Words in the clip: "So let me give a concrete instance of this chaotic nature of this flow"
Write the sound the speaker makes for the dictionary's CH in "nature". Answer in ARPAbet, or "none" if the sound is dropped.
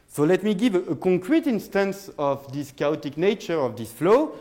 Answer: CH